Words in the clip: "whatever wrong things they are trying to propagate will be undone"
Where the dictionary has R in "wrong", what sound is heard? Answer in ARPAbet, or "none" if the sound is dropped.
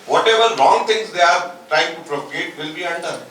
L